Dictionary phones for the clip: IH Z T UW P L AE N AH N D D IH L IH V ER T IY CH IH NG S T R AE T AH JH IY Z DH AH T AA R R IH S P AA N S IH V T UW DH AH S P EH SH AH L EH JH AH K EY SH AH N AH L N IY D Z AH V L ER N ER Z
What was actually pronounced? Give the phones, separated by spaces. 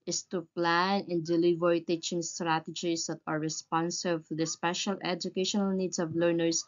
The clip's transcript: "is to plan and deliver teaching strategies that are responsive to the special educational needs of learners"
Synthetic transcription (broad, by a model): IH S T UW P L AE N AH N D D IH L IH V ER T IY CH IH NG S T R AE T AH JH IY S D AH T AA R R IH S P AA N S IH B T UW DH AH S P EH SH AH L EH JH AH K EY SH AH N AH L N IY D S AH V L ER N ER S